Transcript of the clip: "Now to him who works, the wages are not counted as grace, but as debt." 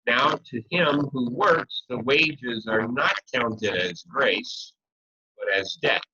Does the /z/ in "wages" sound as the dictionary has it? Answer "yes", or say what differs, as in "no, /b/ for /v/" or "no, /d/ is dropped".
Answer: yes